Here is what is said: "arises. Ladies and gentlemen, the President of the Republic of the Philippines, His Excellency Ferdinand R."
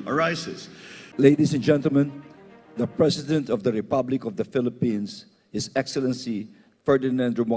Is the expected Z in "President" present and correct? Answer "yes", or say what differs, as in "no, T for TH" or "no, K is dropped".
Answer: no, S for Z